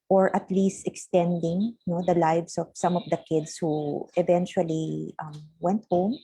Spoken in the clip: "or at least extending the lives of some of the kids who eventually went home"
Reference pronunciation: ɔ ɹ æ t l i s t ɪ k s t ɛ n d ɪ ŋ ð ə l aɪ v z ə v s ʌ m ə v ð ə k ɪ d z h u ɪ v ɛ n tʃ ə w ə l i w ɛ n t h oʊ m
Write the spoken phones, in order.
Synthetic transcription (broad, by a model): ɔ ɹ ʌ t l i s t ɪ k s t ɛ n d ɪ ŋ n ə l aɪ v s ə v s ʌ m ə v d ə k ɪ d s h u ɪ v ɛ n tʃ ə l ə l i w ɛ n t h oʊ m